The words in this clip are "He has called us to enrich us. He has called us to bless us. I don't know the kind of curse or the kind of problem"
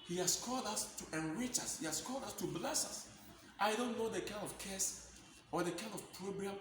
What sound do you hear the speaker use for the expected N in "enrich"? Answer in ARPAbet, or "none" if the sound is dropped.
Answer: N